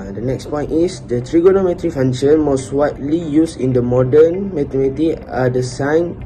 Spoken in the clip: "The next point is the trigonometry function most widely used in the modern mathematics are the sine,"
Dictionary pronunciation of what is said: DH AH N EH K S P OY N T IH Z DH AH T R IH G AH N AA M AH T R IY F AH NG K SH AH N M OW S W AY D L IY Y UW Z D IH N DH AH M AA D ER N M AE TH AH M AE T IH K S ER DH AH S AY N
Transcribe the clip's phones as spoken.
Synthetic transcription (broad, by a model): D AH N EH K S P OY N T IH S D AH T R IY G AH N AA M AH T R IY F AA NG SH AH N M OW S W AY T L IY Y UW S IH N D AH M AA D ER N M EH T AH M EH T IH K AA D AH S AY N